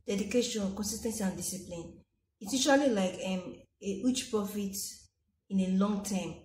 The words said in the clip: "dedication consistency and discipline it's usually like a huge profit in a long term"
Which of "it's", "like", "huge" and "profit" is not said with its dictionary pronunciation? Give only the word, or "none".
huge